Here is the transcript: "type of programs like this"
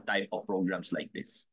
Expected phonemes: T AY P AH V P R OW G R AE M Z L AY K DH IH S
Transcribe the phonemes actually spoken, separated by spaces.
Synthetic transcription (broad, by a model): T AY P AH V P R OW G R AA M S L AY K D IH S